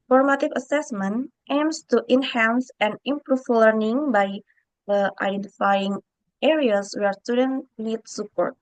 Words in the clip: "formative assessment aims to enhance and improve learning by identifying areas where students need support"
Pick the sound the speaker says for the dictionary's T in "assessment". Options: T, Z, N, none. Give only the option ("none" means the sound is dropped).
T